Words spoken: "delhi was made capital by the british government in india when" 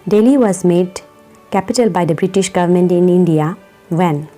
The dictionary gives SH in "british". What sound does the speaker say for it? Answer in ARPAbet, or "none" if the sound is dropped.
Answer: SH